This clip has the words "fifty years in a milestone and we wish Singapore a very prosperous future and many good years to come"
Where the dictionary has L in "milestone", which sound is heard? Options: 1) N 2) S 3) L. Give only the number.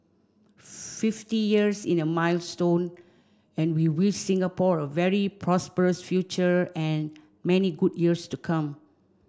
3